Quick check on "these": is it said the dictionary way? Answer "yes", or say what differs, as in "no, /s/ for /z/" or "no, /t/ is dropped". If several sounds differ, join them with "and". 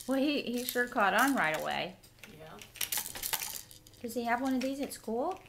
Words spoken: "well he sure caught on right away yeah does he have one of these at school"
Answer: yes